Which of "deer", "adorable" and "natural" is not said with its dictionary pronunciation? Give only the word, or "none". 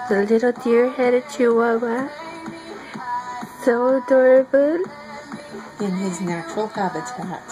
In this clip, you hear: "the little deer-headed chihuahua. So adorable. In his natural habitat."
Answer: none